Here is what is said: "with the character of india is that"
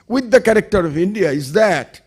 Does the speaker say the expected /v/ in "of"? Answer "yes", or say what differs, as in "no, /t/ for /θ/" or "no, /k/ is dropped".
yes